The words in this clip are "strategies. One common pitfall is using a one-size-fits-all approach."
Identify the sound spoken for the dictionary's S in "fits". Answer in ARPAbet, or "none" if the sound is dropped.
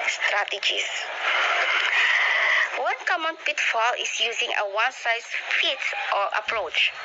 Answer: none